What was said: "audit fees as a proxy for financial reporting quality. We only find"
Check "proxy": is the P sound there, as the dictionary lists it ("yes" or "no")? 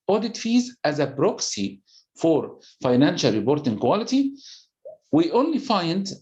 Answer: no